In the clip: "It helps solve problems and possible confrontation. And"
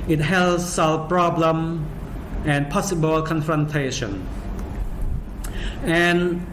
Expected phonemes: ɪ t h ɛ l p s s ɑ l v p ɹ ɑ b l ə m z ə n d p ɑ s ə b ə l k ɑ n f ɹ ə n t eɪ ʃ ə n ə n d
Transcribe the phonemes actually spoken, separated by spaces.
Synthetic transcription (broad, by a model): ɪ t h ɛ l s s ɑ l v p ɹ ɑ b l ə m ə n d p ɑ s ə b ə l k ɑ n f ɹ ə n t eɪ ʃ ə n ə n